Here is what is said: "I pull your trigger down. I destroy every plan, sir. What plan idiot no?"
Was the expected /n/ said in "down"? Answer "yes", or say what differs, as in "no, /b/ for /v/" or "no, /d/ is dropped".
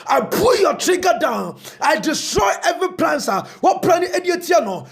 yes